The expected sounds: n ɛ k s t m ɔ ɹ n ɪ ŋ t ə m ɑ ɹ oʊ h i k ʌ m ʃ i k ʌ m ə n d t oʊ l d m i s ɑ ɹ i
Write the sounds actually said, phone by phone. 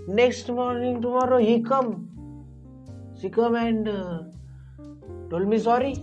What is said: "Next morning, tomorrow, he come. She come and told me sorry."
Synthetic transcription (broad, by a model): n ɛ k s t m ɔ ɹ n ɪ ŋ t ə m ɑ ɹ oʊ h i k ʌ m s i k ʌ m ə n d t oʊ l m i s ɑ ɹ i